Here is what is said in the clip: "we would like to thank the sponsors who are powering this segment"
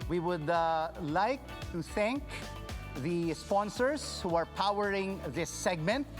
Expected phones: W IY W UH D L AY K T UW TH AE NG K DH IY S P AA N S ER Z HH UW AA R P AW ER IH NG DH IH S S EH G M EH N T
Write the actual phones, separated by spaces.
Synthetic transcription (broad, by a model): W IY W UH D L AY K T UW TH AE NG K DH IY S P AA N S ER S HH UW AA R P AW ER IH NG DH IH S S EH G M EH N T